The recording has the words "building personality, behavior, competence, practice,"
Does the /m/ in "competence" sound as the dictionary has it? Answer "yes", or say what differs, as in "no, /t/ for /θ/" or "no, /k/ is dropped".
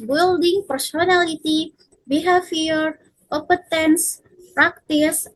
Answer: no, /m/ is dropped